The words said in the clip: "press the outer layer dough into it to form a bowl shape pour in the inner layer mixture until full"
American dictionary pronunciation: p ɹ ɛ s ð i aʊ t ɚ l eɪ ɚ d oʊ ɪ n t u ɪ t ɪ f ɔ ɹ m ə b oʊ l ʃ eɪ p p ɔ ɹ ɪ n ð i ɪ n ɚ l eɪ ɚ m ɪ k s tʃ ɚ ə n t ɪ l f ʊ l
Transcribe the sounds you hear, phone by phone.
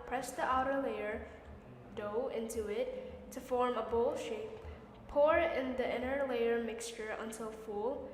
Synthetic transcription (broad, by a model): p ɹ ɛ s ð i aʊ t ɚ l eɪ ɚ d oʊ ɪ n t u ɪ t ɪ f ɔ ɹ m ə b oʊ l ʃ eɪ p p ɔ ɹ ɪ n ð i ɪ n ɚ l eɪ ɚ m ɪ k s tʃ ɚ ə n t ɪ l f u l